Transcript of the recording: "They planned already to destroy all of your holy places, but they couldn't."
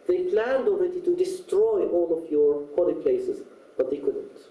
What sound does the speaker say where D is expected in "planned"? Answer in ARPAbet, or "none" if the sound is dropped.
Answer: D